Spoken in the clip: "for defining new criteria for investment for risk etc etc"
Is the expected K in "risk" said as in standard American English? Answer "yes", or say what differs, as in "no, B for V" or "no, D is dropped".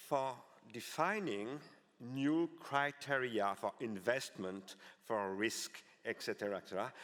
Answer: yes